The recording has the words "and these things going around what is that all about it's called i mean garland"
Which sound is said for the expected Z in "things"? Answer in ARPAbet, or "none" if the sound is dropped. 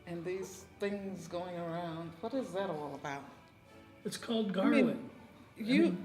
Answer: Z